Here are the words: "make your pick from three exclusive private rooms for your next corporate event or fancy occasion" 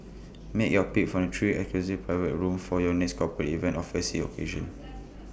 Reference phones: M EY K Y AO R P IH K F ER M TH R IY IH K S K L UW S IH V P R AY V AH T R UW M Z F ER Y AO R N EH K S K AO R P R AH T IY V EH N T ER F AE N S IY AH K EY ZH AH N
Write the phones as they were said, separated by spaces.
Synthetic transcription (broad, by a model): M EY K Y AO P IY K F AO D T R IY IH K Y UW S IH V P R AY V AH T R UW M F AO Y AO N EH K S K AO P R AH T IY V EH N T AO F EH S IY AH K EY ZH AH N